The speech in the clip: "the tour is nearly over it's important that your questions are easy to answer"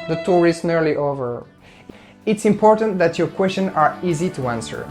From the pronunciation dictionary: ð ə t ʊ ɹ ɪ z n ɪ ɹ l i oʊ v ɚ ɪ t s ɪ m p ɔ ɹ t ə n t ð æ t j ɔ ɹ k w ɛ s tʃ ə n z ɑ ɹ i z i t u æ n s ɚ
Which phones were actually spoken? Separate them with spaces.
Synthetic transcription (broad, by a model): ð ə t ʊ ɹ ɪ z n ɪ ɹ l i oʊ v ɚ ɪ t s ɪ m p ɔ ɹ t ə n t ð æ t j ɔ ɹ k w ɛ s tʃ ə n ɑ ɹ i z i t u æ n s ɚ